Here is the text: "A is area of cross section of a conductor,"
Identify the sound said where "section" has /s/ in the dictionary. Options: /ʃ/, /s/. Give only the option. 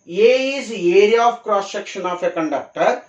/ʃ/